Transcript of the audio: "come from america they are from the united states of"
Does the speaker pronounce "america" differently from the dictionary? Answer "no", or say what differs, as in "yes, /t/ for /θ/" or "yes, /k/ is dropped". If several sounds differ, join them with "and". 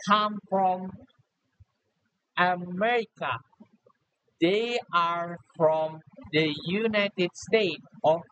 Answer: no